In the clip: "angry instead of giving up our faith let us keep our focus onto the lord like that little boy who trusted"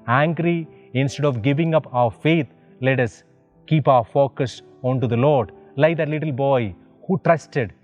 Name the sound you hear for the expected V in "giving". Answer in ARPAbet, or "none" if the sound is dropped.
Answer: V